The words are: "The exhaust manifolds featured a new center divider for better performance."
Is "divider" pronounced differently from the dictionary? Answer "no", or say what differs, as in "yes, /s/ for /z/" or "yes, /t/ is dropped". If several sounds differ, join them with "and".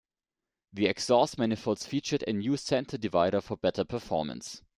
no